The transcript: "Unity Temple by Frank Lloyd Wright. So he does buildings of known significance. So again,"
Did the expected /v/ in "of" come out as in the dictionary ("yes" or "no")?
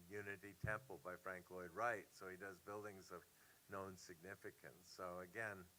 yes